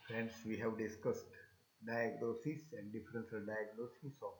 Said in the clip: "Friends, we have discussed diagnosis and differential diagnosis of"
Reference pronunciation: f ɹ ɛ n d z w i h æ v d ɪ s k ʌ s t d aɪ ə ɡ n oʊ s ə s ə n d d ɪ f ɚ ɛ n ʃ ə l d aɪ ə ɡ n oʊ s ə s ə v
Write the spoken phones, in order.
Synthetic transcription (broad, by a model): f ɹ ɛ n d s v i h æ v d ɪ s k ʌ s t d aɪ ə ɡ n oʊ s ə s ə n d d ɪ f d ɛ n s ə d aɪ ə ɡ n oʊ s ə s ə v